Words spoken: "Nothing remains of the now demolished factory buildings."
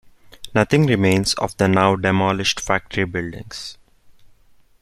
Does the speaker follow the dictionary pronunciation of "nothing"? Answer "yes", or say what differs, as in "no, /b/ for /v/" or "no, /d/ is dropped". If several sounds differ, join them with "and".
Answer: no, /t/ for /θ/